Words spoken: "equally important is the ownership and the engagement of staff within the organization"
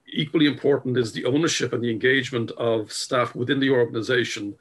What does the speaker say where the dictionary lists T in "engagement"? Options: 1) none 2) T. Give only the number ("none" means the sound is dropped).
2